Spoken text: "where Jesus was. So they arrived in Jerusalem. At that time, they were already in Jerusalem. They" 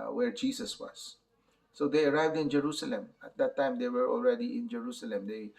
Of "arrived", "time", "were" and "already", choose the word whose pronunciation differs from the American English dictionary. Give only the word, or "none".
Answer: none